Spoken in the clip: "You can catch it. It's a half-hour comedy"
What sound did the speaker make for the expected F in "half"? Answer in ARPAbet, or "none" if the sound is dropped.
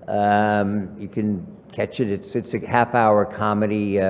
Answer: F